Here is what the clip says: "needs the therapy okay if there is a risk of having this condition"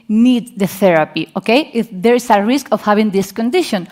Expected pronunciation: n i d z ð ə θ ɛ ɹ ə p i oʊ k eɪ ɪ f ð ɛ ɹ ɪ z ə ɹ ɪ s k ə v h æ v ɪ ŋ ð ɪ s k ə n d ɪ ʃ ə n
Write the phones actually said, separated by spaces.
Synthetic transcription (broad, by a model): n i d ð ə θ ɛ ɹ ə p i oʊ k eɪ ɪ f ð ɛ ɹ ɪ s ə ɹ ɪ s k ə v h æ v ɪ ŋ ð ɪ s k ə n d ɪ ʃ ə n